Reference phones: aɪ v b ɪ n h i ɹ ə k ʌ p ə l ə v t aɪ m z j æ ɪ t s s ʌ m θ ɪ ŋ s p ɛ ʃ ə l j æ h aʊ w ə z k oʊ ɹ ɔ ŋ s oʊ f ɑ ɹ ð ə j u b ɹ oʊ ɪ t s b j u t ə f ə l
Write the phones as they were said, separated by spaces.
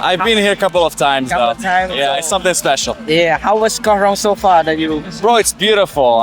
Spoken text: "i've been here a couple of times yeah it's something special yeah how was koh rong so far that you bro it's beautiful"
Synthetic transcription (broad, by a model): aɪ v b ɪ n h i ɹ ə k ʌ p l ə v t aɪ m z j æ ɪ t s s ʌ m θ ɪ ŋ s p ɛ ʃ l j æ h aʊ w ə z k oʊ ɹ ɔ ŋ s oʊ f ɑ ɹ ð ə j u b ɹ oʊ ɪ t s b j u t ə f l